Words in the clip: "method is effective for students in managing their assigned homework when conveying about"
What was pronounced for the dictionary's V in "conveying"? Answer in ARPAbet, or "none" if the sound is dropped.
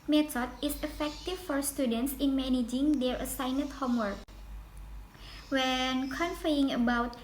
F